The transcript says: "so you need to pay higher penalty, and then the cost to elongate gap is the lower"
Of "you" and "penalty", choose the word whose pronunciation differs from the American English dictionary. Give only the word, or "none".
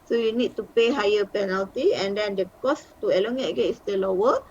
none